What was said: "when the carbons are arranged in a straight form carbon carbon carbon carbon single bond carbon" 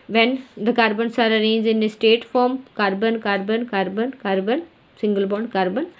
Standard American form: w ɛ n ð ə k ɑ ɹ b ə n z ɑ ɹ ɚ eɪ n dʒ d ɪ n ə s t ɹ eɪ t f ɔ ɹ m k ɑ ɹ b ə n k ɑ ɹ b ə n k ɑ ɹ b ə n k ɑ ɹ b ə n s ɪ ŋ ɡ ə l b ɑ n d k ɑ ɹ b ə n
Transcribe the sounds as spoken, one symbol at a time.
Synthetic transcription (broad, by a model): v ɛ n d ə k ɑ ɹ b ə n s ɑ ɹ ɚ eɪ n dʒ ɪ n ə s t eɪ t f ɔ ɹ m k ɑ ɹ b ə n k ɑ ɹ b ə n k ɑ ɹ b ə n k ɑ ɹ b ə n s ɪ ŋ ɡ ə l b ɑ n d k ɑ ɹ b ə n